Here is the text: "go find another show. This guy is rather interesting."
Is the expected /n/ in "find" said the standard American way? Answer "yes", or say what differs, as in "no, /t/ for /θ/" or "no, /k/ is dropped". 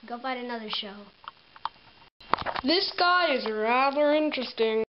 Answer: no, /n/ is dropped